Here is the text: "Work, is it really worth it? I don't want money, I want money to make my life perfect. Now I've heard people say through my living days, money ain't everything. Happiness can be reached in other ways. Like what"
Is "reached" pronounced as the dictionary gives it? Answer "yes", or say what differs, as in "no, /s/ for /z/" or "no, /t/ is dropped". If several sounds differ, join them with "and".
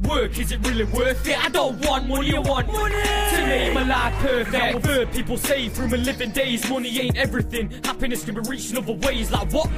no, /t/ is dropped